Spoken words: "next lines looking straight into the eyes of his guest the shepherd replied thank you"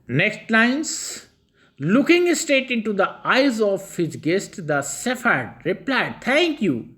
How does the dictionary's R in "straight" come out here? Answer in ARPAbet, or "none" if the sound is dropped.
none